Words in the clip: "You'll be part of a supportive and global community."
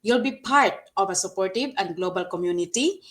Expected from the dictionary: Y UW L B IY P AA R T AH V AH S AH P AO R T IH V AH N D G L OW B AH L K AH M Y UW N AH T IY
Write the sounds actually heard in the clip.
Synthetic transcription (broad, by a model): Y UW L B IY P AA R T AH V AH S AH P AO R T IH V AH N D G L OW B AH L K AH M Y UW N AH T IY